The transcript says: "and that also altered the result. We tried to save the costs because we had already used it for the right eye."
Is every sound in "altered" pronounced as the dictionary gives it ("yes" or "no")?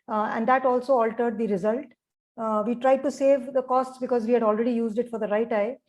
yes